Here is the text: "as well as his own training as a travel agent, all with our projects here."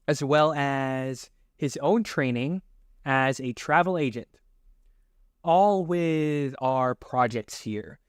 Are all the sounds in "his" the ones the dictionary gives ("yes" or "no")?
yes